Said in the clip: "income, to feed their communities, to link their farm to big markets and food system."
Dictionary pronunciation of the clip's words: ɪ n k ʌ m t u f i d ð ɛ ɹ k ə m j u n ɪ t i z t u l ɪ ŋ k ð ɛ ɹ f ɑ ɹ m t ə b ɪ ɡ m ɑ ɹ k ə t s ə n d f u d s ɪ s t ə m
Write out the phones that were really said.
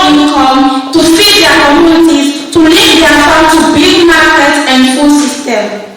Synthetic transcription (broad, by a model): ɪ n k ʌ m t u f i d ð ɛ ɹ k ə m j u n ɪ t i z t u l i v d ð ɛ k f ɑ t ə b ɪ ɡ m ɑ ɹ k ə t ə n d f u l s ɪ s t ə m